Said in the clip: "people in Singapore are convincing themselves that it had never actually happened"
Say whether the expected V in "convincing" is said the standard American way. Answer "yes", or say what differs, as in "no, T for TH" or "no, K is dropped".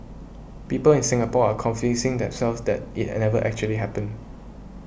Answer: no, F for V